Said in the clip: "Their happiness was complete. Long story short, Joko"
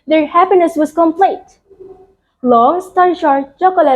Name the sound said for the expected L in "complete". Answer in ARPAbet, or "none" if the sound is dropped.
L